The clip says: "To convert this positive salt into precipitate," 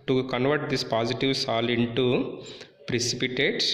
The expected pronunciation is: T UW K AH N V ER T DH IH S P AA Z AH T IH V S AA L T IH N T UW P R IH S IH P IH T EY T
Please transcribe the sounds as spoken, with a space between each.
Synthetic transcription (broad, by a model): T UW K AH N V ER T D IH S P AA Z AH T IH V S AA L IH N T UW P R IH S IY P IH T EY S